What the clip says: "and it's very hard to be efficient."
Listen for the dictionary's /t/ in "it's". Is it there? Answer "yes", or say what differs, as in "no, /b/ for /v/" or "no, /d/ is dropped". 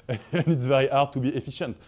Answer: yes